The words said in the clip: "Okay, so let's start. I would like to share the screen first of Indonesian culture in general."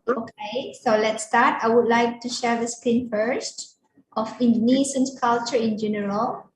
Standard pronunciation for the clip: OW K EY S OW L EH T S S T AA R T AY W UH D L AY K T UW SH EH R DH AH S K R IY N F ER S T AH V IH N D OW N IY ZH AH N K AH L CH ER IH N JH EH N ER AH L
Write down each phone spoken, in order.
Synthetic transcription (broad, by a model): OW K EY S OW L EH T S S T AA T AY W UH D L AY K T UW SH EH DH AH S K IY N F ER S T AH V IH N D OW N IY S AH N K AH L CH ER IH N JH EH N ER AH L